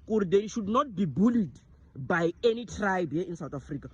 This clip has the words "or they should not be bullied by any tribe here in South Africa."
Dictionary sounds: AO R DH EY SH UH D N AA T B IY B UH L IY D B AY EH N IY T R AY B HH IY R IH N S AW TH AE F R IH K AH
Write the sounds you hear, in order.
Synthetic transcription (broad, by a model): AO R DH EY SH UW D N AA T B IY B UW L IY D B AY EH N IY T R AY B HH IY IH N S AW T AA F R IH K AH